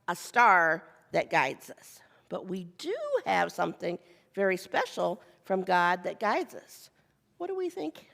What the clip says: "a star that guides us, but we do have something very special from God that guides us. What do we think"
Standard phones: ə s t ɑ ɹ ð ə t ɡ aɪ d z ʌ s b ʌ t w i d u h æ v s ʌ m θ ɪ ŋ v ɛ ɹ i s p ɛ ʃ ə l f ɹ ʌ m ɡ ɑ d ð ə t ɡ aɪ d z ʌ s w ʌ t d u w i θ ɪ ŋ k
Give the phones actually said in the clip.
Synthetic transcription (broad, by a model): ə s t ɑ ɹ ð ə t ɡ aɪ d z ʌ s b ʌ t w i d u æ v s ʌ m θ ɪ ŋ v ɛ ɹ i s p ɛ ʃ l f ɹ ʌ m ɡ ɑ d ð ə t ɡ aɪ d z ʌ s w ʌ t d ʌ w i θ ɪ ŋ k